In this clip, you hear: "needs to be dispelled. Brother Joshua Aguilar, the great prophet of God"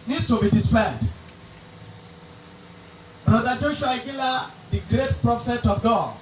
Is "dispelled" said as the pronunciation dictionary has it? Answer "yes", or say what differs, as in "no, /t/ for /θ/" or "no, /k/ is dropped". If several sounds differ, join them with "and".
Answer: no, /l/ is dropped